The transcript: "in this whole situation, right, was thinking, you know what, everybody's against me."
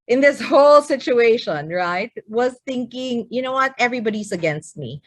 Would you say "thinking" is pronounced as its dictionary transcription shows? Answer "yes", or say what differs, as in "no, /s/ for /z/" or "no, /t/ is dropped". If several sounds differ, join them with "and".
yes